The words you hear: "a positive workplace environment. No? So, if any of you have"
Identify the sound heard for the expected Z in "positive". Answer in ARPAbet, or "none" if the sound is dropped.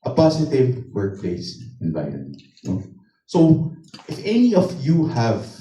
S